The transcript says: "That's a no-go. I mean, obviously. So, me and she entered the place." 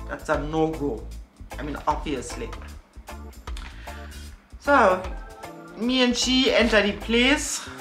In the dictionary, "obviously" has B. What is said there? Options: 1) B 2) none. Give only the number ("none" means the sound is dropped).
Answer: 2